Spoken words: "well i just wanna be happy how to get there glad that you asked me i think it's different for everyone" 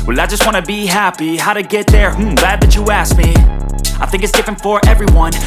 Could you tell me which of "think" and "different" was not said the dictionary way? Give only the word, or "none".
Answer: none